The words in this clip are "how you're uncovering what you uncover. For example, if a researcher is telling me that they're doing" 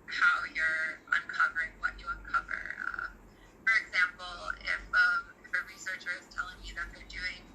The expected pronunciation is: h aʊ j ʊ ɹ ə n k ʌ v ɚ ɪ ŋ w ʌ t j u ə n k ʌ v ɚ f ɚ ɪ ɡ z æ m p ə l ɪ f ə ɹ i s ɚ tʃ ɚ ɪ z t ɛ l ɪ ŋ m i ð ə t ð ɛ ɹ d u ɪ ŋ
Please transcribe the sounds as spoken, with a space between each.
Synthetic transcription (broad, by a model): h aʊ j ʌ ɹ ə n k ʌ v ɚ ɪ ŋ w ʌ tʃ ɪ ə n k ʌ v ɚ f ɚ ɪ ɡ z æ m p ə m ɪ f ə ɹ i s ɚ tʃ ɚ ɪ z t ɛ l ɪ ŋ m i ð ə t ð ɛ ɹ d u ɪ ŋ